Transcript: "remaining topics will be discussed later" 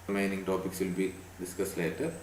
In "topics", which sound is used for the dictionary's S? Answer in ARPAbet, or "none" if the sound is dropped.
S